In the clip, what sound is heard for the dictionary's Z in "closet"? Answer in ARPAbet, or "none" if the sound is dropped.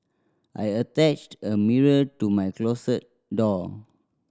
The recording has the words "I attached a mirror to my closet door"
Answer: S